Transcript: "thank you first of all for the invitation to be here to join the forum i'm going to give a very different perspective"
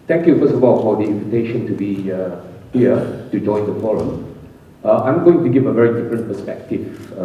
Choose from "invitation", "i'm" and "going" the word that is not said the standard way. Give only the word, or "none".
none